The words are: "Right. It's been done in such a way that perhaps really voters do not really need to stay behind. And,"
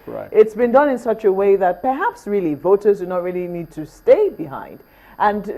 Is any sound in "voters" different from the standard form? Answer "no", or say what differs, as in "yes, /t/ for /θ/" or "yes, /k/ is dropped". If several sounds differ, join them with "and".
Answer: no